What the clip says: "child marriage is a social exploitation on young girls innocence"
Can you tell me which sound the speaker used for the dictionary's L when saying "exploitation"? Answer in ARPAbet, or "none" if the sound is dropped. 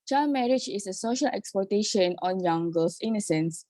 none